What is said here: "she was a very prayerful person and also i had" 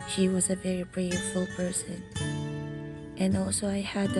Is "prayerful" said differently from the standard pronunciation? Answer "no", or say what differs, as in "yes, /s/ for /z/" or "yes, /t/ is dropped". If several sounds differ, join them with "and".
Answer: yes, /b/ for /p/